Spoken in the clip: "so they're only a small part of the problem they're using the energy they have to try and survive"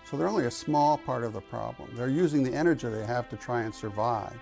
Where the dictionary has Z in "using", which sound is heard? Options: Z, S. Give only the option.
Z